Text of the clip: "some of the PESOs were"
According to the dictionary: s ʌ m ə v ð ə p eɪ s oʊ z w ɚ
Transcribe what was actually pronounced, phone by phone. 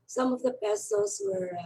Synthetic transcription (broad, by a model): s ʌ m ə v ð ə b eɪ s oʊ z w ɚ